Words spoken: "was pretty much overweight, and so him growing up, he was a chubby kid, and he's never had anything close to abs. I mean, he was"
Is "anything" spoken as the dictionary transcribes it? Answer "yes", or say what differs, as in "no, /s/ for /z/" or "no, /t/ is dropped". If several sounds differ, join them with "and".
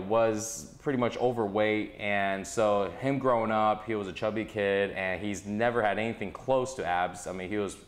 yes